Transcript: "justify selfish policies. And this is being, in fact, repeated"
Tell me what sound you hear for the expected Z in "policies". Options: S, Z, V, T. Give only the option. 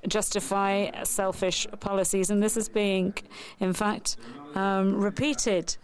Z